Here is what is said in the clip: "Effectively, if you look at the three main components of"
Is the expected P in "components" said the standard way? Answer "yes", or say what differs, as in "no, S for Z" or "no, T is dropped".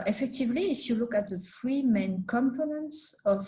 no, F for P